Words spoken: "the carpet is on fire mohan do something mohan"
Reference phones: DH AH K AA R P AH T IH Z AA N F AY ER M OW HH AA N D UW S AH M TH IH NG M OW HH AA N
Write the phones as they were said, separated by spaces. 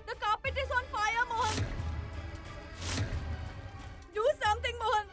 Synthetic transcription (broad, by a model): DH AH K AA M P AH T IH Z AA N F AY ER M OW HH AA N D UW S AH M T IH NG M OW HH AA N